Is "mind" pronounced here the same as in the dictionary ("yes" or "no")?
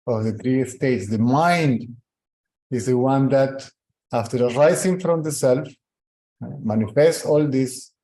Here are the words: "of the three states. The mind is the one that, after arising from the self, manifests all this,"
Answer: yes